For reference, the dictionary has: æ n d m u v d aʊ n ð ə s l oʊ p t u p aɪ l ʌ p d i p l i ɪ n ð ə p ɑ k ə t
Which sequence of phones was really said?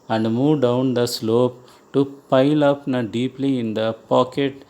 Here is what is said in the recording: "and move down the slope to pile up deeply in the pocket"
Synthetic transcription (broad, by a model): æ n d m u v d aʊ n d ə s l oʊ p t u p aɪ l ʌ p d i p l i ɪ n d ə p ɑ k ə t